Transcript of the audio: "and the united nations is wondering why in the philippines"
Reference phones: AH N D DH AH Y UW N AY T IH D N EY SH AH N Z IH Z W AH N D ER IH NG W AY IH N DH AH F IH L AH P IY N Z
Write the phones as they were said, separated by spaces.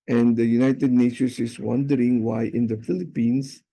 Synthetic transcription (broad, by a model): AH N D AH Y UW N AY T IH D N EY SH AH N S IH S W AH N D ER IH NG W AY IH N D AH F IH L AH P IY N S